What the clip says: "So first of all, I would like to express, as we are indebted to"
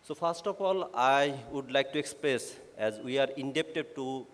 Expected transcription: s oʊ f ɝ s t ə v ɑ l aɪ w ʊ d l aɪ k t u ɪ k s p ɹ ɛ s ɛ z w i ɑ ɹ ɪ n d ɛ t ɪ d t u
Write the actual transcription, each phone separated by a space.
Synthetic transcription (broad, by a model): s oʊ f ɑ s t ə p ɑ l aɪ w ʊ d l aɪ k t u ɪ k s p ɹ ɛ s ɛ z w i ɑ ɹ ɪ n d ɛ t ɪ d t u